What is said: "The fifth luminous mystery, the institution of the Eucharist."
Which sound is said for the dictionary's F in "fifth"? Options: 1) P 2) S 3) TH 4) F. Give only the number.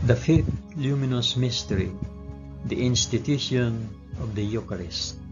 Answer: 4